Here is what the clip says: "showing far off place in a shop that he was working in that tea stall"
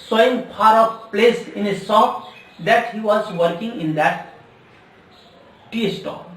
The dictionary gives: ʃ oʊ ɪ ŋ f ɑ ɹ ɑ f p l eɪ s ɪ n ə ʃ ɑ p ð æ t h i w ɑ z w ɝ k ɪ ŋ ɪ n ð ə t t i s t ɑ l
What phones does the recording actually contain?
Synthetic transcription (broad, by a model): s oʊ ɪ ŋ p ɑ ɹ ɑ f p l eɪ s ɪ n ə s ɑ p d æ t h i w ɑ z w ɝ k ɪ ŋ ɪ n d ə t t i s t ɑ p